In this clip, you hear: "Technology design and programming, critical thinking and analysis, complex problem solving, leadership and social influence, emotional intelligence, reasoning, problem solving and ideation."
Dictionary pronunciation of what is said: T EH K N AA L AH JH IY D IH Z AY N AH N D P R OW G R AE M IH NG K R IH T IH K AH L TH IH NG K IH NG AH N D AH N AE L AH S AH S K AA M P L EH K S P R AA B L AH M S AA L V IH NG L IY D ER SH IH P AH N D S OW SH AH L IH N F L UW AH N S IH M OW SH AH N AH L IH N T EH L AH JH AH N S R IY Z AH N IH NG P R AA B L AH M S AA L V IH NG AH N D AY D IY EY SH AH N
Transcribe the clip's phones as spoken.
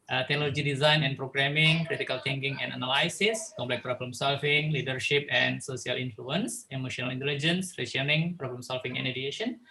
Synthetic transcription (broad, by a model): T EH K N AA L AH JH IY D IH Z AY N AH N P R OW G R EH M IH NG K R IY T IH K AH L T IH NG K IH NG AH N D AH N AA L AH S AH S K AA M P L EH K P R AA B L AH M S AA L F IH NG L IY D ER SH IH P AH N S OW S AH L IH N F L UW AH N S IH M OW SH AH N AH L IH N T EH L AH JH AH N S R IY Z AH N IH NG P R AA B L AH M S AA L F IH NG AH N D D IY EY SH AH N